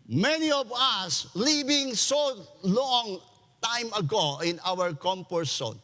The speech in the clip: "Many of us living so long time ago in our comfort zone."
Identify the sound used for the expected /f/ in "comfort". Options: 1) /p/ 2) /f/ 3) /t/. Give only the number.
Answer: 1